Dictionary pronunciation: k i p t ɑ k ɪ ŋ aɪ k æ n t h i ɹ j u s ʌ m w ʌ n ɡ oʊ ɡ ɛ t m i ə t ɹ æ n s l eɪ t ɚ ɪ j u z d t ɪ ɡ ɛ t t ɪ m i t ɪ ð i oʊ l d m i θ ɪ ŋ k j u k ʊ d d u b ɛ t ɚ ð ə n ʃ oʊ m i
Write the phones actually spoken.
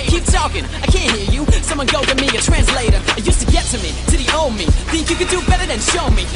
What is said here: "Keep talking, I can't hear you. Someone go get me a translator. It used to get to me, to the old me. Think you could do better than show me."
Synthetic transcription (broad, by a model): k i p t ɑ k ɪ ŋ aɪ k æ n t h i ɹ j u s ʌ m w ʌ n ɡ oʊ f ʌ m i ə t ɹ æ n s l eɪ t ɚ ɪ j u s t ɪ ɡ ɛ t t ɪ m i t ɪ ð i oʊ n m i θ ɪ ŋ k j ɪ k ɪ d d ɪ b ɛ t ɚ ð ə n ʃ oʊ m i